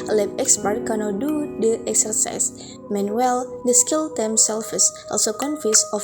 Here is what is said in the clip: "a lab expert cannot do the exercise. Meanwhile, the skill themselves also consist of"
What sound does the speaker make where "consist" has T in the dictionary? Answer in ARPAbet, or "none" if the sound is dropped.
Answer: none